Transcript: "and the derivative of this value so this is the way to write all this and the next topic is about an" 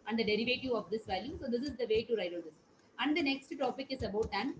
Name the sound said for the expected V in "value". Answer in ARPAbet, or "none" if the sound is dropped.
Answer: V